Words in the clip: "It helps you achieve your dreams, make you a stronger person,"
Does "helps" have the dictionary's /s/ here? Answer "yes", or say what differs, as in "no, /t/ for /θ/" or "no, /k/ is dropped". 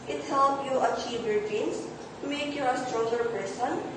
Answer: no, /s/ is dropped